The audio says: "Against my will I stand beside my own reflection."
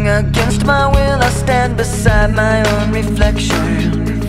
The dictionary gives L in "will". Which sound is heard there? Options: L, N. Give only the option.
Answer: L